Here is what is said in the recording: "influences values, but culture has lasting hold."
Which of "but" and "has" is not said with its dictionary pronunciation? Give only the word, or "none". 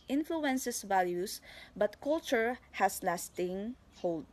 has